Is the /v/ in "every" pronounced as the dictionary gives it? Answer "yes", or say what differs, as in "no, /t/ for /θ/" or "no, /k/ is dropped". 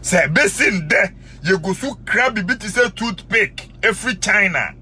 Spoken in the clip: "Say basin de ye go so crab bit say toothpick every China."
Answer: no, /f/ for /v/